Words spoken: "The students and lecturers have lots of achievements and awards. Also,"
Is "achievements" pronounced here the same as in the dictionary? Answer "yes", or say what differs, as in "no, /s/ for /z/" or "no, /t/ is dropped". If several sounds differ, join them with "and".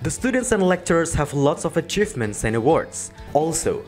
yes